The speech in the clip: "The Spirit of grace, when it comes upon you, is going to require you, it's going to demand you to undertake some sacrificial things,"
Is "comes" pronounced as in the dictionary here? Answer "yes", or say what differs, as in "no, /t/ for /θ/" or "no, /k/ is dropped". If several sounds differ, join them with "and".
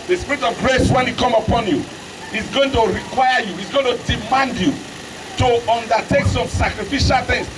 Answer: no, /z/ is dropped